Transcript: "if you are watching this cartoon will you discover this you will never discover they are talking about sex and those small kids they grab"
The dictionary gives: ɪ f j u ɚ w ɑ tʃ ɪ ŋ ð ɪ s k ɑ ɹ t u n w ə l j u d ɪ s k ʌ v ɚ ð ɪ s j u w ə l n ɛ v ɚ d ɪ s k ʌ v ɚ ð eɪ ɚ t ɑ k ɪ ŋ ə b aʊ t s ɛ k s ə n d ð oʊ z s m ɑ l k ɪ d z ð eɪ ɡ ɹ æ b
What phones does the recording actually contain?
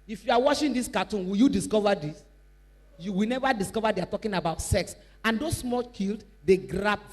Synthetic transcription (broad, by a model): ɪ f j u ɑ w ɑ ʃ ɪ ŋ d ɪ s k ɑ t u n w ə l j u d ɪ s k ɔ v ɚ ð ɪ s j u w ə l n ɛ v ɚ d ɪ s k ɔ v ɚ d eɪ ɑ t ɑ k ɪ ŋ ə b aʊ t s ɛ k s ə n d oʊ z s m ɑ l k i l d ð eɪ ɡ ɹ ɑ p